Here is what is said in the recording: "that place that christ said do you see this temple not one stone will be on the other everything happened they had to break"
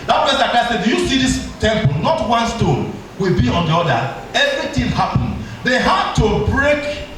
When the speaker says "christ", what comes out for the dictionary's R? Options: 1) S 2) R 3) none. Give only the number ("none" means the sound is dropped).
3